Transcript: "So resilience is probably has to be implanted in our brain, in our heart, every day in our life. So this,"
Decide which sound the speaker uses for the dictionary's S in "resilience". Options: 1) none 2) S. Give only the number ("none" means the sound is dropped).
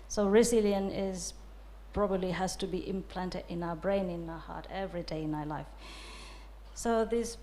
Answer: 1